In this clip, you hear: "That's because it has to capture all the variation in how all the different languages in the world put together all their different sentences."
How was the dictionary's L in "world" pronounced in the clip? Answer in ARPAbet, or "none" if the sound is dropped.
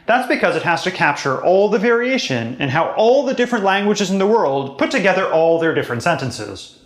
L